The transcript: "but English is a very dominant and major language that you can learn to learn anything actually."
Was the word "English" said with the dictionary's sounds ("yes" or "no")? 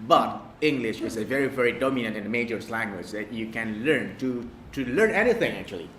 yes